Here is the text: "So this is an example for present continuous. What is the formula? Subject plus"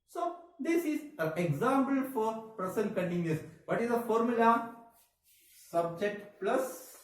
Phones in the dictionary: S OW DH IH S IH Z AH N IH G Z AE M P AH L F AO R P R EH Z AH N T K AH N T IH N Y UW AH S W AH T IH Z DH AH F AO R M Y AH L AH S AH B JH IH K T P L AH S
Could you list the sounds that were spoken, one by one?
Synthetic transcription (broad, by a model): S OW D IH S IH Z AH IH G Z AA M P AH L F AO R P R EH S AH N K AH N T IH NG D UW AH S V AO T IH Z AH F AO R M Y AH L AH S AH B JH IH K T P L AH S